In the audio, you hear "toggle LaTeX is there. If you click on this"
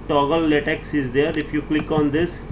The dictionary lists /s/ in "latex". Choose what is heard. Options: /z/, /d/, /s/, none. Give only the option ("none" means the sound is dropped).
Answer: /s/